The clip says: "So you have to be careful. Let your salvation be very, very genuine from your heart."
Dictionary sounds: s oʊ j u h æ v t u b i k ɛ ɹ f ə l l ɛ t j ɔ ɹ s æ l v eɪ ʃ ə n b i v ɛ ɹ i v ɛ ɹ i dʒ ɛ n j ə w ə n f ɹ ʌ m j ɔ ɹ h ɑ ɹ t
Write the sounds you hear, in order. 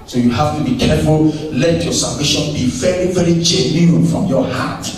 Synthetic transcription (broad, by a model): s oʊ j u h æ f t u b i k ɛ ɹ f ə l l ɛ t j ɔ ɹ s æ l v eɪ ʃ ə n b i v ɛ ɹ i v ɛ ɹ i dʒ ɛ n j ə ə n f ɹ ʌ m j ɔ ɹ h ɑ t